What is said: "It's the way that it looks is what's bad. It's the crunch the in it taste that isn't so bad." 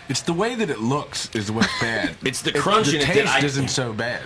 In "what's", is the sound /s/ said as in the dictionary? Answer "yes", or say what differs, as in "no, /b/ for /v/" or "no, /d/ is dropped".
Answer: no, /s/ is dropped